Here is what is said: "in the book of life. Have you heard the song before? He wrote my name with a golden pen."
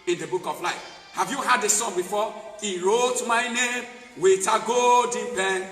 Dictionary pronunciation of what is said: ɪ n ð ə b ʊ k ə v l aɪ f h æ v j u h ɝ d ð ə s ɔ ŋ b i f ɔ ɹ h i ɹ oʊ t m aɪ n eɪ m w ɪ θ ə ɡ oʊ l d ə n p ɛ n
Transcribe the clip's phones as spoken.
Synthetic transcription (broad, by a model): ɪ n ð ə b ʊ k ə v l aɪ f h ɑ v j u h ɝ d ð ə s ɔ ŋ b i f ɔ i ɹ oʊ t m aɪ n eɪ m w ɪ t ə ɡ oʊ d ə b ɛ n